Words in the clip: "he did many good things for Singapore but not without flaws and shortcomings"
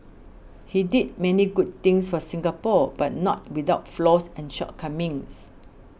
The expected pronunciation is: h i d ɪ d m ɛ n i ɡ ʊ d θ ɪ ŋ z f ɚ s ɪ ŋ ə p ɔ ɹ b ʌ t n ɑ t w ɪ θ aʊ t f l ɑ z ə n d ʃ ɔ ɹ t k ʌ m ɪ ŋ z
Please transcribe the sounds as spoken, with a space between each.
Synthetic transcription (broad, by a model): h i d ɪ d m ɛ n i ɡ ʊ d t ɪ ŋ s f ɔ s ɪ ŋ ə p ɔ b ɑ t n ɑ t w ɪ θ aʊ t f l ɑ s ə n ʃ ɔ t k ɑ m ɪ ŋ s